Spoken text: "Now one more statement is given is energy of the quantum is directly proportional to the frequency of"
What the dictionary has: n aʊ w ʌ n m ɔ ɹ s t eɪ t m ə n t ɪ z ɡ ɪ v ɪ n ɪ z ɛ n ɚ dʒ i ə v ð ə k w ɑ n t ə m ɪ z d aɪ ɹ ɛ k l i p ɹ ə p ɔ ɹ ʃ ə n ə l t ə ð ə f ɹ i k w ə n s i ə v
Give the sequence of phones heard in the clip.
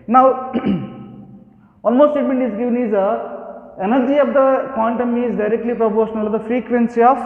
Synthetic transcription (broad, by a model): n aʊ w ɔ l m ɔ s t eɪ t m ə n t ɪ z ɡ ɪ v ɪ n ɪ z ɛ n ɚ dʒ i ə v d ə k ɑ n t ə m ɪ z d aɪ ɹ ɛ k l i p ɹ ə p ɔ ɹ ʃ ə n ə l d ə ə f ɹ i k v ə n s i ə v